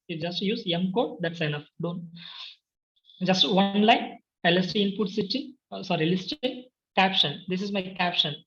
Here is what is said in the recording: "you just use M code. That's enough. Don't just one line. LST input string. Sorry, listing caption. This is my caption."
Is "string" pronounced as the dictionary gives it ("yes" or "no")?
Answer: no